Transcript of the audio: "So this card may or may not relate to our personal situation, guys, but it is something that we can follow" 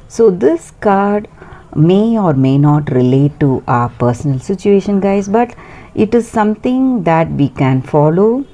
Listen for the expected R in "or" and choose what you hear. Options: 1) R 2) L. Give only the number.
1